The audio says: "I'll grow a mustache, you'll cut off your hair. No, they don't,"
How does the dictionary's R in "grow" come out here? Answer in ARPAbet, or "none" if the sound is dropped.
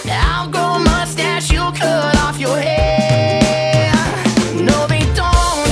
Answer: none